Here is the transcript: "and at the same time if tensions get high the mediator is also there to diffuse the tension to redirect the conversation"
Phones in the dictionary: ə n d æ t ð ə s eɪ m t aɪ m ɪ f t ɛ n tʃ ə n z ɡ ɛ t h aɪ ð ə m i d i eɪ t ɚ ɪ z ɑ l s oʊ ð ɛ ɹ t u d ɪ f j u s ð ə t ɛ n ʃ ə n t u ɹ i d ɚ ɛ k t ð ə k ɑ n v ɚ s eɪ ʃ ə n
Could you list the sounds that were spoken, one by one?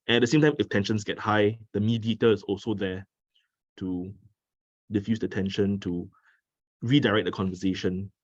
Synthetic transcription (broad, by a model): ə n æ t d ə s eɪ m t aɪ m ɪ f t ɛ n ʃ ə n s ɡ ɛ t h aɪ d ə m i d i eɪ t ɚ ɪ s ɑ l s oʊ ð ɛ t u d ɪ f j u s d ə t ɛ n ʃ ə n t u ɹ i d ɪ ɛ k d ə k ɑ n v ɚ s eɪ ʃ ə n